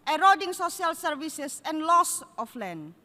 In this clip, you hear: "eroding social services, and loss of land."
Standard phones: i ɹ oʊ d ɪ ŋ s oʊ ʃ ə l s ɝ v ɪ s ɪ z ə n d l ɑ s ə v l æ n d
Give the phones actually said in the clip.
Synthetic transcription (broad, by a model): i ɹ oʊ d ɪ ŋ s oʊ s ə l s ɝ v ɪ s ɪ s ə n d l ɑ s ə f l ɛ n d